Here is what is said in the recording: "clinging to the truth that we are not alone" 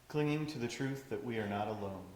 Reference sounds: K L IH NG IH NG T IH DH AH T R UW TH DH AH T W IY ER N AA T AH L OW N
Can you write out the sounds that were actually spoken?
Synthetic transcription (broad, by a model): K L IH NG IH NG T IH DH AH T R UW TH DH AH T W IY ER N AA T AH L OW N